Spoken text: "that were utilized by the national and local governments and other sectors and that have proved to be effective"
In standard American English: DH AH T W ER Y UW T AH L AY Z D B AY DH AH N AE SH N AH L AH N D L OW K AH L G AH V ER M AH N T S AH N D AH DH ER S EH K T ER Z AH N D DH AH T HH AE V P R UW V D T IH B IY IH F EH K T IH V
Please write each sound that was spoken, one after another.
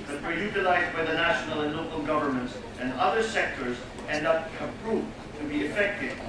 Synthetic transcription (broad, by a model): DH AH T W ER Y UW T AH L AY Z D B AY DH AH N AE SH N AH L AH N L OW K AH L G AH V ER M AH N T S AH N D AH DH ER S EH K T ER Z AH N D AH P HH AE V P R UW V T IH B IY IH F EH K T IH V